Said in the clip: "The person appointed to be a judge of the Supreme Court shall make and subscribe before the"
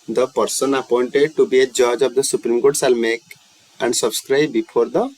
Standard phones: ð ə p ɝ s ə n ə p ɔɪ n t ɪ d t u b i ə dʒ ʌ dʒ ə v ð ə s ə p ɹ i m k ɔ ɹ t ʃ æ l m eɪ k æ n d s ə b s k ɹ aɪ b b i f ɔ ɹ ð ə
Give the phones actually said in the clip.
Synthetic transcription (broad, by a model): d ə p ɝ s ə n ə p ɔɪ n t ɪ d t u b i ə dʒ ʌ dʒ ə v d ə s ə p ɹ i m k ɔ ɹ t s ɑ l m eɪ k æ n d s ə b s k ɹ aɪ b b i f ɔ ɹ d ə